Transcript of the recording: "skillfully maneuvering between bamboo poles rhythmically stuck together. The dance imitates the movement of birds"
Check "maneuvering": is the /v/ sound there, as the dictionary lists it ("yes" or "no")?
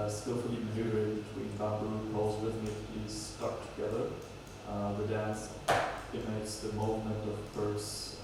no